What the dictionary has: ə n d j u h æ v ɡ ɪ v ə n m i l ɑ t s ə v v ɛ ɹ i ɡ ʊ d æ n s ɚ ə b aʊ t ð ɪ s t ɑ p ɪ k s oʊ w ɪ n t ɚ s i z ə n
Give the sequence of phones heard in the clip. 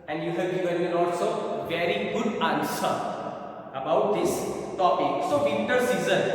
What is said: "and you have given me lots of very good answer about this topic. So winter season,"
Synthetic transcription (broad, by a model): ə n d j u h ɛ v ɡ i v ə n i n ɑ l s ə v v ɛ ɹ i ɡ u d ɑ n s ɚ ə b aʊ t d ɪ s t ɑ p ɪ k s oʊ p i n t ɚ s i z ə n